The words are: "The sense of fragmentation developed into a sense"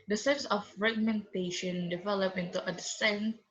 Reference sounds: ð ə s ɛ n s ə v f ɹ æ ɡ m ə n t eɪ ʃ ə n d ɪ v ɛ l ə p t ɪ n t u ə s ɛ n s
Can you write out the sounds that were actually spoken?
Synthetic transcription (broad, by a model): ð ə s ɛ n s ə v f ɹ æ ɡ m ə n t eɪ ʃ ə n d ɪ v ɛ l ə p ɪ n t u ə s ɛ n